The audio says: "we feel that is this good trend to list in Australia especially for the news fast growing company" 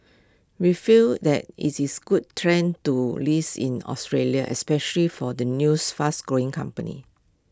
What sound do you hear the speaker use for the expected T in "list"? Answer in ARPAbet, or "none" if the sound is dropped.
none